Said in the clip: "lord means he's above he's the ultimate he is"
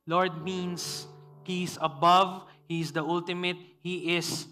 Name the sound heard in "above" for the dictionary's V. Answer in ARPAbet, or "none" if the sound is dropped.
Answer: V